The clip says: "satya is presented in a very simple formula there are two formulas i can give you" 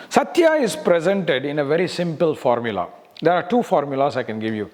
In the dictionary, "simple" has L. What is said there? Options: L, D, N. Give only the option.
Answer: L